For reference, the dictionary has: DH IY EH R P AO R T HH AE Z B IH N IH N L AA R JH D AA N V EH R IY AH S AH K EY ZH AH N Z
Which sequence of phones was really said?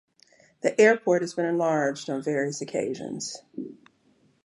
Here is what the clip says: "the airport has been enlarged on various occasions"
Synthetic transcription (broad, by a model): DH IY EH R P AO R T HH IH Z B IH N IH N L AA R JH D N V EH R IY AH S AH K EY ZH AH N Z